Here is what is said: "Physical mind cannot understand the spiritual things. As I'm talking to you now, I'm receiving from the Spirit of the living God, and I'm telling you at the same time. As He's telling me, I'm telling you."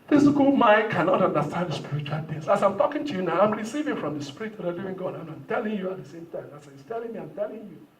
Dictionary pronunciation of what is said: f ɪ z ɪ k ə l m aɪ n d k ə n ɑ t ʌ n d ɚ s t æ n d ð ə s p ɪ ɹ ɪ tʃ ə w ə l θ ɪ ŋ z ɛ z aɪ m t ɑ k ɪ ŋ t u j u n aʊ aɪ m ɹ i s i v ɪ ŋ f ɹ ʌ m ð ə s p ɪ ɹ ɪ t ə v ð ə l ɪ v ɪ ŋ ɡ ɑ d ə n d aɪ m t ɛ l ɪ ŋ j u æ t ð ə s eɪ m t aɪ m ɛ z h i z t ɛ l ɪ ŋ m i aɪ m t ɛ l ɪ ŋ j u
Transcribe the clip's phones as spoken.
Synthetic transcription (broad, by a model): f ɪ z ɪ k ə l m aɪ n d k ə n ɑ t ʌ n d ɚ s t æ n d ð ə s p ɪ ɹ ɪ tʃ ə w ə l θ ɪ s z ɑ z aɪ m t ɑ k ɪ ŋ t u j u n aʊ aɪ m ɹ i s i v ɪ ŋ f ɹ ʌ m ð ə s p ɪ ɹ ɪ t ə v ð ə l ɪ v ɪ ŋ ɡ ɑ d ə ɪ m aɪ m t ɛ l ɪ ŋ j u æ t ð ə s eɪ m t aɪ m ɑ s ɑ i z t ɛ l ɪ ŋ m i aɪ m t ɛ l ɪ ŋ j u